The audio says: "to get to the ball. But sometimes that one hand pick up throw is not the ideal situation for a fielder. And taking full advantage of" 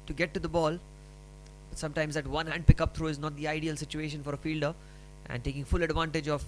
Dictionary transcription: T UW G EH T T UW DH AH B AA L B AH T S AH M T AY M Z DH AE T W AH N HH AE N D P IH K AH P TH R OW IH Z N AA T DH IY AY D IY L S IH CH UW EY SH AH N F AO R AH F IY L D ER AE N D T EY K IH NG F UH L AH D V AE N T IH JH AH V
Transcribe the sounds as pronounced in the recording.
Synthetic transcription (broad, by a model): T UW G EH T T UW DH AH B AA L B AH T S AH M T AY M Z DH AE T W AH N HH AE N D P IH K AH P T R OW IH Z N AA T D IY AY D IY L S IH CH UW EY SH AH N F AO R AH F IY L D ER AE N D T EY K IH NG F UH L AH D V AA N T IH JH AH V